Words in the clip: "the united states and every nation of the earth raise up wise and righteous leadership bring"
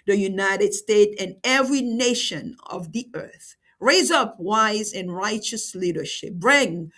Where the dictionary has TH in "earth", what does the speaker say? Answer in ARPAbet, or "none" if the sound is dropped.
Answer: TH